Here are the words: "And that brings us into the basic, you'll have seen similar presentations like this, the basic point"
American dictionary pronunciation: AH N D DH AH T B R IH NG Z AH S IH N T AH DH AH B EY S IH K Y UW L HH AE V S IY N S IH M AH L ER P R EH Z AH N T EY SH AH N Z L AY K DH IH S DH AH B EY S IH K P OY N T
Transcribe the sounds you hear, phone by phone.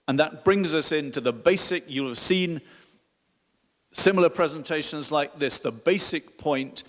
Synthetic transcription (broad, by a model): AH N DH AH T B R IH NG Z AH S IH N T AH DH AH B EY S IH K Y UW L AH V S IY N S IH M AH L ER P R EH Z AH N T EY SH AH N Z L AY K DH IH S DH AH B EY S IH K P OY N T